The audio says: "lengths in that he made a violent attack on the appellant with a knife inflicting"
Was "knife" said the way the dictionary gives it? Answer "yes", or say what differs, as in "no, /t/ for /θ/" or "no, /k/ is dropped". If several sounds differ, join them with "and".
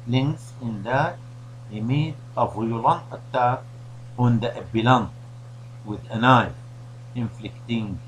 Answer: no, /f/ is dropped